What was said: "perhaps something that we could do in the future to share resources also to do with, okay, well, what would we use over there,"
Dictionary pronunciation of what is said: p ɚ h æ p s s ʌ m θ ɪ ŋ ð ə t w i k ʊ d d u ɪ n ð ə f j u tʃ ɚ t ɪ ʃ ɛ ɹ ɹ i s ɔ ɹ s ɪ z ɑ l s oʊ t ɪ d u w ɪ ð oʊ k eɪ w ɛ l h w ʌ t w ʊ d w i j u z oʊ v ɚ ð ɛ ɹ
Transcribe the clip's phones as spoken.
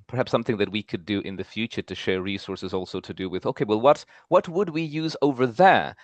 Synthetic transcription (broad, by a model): p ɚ h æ p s s ʌ m θ ɪ ŋ ð ə t w i k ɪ d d ɪ n ð ə f j u tʃ ɚ t ɪ ʃ ɛ ɹ ɹ i s ɔ ɹ s ɪ z ɑ l s oʊ t ɪ d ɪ w ɪ ð oʊ k eɪ w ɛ l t w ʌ t w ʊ d w i j u z oʊ v ɚ ð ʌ ɹ